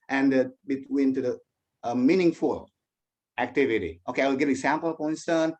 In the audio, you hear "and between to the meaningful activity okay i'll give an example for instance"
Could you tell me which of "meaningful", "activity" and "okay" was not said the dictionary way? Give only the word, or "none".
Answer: none